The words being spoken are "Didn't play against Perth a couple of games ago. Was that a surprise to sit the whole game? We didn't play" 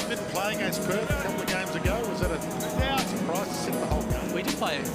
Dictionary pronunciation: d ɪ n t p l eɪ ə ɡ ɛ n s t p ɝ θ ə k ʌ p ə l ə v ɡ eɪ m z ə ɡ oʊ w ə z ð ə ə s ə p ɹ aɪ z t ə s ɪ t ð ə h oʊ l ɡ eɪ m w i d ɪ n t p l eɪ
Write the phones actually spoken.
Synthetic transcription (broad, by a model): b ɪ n p l eɪ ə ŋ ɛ s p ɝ ə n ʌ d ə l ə ɡ eɪ m z ə ɡ oʊ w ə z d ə ə s ə p ɹ aɪ z t ə s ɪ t ð ə h oʊ l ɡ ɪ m w i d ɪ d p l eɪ